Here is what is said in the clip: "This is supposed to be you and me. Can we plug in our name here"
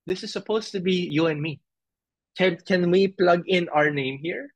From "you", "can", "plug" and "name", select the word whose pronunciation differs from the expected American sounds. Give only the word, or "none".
none